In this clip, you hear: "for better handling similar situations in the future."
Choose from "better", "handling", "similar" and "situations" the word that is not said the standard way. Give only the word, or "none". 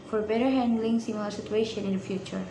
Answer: situations